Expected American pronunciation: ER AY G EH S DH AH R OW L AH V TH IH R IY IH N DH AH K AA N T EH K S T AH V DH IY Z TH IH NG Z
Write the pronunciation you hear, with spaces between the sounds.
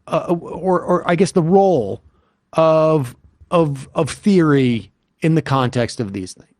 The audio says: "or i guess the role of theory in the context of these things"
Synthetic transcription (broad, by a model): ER AY G EH S DH AH R OW L AH V TH IH R IY IH N DH AH K AA N T EH K S T AH V DH IY Z TH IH NG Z